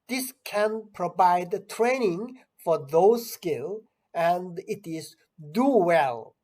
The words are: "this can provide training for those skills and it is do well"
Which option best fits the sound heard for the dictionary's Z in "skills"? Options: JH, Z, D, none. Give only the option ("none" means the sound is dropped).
none